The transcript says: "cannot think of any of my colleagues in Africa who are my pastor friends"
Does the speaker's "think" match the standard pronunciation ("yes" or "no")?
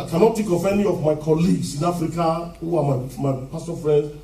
no